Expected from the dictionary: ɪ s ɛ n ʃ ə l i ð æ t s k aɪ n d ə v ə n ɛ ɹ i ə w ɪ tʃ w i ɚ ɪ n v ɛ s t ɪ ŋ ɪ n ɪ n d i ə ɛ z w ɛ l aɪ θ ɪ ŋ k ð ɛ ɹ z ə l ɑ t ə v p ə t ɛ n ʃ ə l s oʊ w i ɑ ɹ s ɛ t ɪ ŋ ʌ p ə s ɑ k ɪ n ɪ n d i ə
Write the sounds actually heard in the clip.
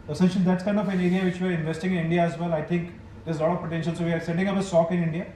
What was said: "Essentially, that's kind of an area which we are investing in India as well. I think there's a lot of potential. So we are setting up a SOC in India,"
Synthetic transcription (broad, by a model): s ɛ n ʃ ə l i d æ t s k aɪ n d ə f ə n ɛ ɹ i ə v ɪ tʃ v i ɚ ɪ n v ɛ s t ɪ ŋ ɪ n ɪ n d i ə ɛ z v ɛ l aɪ t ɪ ŋ k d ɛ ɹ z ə l ɑ t ə v p ə t ɛ n ʃ ə l s oʊ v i ɑ ɹ s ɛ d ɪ ŋ ʌ p ə s ɑ k ɪ n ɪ n d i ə